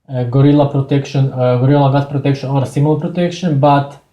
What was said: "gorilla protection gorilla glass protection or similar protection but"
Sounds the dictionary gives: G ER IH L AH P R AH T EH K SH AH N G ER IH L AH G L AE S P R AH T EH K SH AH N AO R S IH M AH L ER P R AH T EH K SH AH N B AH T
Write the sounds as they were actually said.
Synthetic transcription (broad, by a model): G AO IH L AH P R AH T EH K SH AH N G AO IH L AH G AA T P R AH T EH K SH AH N AO R S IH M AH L P R AH T EH K SH AH N B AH T